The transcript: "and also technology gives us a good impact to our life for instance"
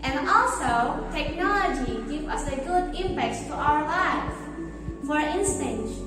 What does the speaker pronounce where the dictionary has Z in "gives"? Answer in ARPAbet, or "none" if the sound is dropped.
none